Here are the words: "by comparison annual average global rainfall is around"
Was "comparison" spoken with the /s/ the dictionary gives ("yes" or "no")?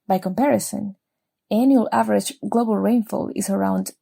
yes